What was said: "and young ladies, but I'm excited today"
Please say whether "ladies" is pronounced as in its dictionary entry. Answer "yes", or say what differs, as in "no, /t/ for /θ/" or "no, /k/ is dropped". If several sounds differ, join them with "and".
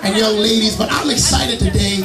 yes